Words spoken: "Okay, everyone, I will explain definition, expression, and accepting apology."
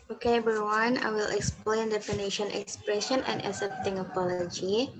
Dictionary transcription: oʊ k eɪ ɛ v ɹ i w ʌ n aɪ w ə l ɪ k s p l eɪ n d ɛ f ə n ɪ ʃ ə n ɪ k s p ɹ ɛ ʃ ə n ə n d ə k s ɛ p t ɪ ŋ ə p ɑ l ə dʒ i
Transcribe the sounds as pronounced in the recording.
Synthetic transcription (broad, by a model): oʊ k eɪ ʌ ɹ w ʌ n aɪ w ə l ɪ k s p l eɪ n d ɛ f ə n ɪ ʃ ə n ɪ k s p ɹ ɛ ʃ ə n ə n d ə s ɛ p t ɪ ŋ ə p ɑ l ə dʒ i